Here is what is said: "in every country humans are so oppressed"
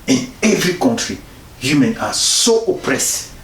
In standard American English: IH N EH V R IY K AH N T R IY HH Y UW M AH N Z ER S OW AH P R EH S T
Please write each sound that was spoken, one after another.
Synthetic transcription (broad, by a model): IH N EH V R IY K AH N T R IY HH Y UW M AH N AA S OW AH P R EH S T